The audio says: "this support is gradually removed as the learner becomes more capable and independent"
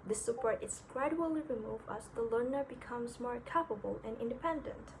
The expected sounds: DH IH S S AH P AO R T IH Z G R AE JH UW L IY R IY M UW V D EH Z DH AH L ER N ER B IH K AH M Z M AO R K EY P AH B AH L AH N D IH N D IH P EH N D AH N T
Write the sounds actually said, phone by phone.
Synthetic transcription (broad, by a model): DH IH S S AH P AO R T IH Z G R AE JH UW L IY R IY M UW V AH S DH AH L ER N ER B IH K AH M Z M AO R K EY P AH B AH L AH N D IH N D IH P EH N D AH N T